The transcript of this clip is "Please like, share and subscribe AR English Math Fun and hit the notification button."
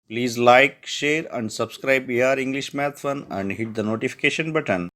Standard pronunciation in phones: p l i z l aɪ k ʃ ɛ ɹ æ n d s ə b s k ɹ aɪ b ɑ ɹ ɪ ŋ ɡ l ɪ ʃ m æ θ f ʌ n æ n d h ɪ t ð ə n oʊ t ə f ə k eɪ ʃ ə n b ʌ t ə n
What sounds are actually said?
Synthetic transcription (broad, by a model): p l i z l aɪ k ʃ ɛ ɹ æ n d s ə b s k ɹ aɪ b ɑ ɹ ɪ ŋ ɡ l ɪ ʃ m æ t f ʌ n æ n d h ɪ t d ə n oʊ t ə f ə k eɪ ʃ ə n b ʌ t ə n